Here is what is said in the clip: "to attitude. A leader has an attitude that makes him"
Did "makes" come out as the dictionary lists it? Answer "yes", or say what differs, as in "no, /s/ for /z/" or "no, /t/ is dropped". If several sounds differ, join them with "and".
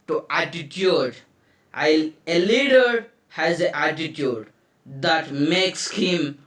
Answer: yes